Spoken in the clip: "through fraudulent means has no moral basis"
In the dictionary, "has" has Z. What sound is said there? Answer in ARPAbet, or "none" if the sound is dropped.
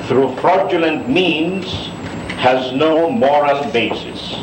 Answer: Z